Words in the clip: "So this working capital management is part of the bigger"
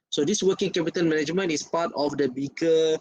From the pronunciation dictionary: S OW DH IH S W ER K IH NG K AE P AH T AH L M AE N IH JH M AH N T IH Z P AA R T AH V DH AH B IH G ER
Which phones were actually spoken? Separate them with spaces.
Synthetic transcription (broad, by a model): S OW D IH S W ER K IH NG K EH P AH T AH N M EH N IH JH M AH N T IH S P AA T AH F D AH B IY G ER